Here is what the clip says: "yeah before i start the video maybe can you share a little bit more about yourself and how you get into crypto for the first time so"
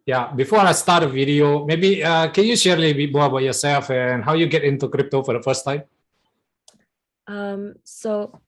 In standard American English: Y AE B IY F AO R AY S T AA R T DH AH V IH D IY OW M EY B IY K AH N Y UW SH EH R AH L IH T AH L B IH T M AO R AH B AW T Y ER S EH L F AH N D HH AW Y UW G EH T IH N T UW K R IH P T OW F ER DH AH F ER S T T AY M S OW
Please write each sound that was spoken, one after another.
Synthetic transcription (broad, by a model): Y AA B IY F AO R AY S T AA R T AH V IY D IY OW M EY B IY K AH N Y UW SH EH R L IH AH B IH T M AO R AH B AW T Y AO S EH L F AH N HH AW Y UW G EH T IH N T UW K R IH P T OW F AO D AH F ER S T T AY M S OW